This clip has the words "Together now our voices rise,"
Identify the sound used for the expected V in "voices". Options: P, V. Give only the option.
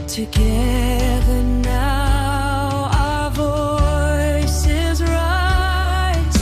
V